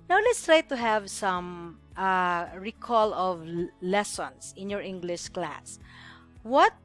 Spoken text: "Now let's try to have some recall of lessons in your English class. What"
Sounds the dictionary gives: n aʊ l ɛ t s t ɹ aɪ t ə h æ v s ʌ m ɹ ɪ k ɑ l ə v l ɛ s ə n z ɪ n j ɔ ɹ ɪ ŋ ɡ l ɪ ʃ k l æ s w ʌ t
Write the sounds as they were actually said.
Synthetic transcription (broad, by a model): n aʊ l ɛ t s t ɹ aɪ t ə h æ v s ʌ m ɹ ɪ k ɑ l ə v l ɛ s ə n s ɪ n j ɔ ɹ ɪ ŋ ɡ l ɪ ʃ k l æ s w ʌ t